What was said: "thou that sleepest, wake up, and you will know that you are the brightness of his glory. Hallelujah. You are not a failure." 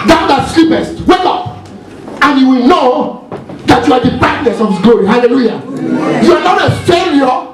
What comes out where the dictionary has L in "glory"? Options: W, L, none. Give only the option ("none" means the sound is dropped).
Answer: none